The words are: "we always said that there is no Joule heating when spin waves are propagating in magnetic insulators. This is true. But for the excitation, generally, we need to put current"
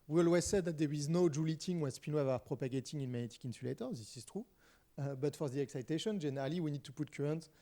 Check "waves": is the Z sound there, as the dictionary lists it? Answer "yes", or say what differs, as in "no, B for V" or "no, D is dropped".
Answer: no, Z is dropped